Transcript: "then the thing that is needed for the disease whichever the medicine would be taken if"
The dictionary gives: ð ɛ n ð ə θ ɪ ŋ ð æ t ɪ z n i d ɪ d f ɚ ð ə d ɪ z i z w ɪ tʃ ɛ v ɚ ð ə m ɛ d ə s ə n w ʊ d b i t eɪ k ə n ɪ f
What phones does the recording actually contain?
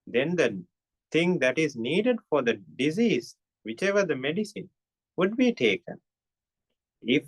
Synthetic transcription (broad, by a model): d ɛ n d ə t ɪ ŋ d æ t ɪ z n i d ɪ d f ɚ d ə d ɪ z i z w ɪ tʃ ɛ v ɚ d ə m ɛ d ə s ə n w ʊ d b i t eɪ k ə n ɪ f